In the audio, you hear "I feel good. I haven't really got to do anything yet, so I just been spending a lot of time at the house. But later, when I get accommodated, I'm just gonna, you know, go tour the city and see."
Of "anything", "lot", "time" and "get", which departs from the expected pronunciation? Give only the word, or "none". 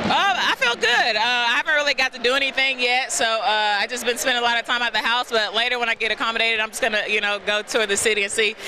none